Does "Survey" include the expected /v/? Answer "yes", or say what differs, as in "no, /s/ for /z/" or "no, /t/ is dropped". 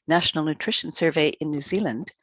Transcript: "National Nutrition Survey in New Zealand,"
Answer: yes